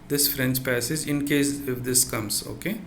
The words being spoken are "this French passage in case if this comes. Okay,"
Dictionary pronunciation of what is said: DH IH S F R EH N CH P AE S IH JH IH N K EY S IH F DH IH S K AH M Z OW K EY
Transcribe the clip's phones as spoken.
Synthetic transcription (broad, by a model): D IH S F R EH N CH P AE S IH JH IH N K EY S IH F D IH S K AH M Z OW K EY